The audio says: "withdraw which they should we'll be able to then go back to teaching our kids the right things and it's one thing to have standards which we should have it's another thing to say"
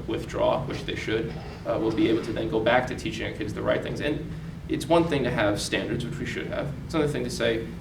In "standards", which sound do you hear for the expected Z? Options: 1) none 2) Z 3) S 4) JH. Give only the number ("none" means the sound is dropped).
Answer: 2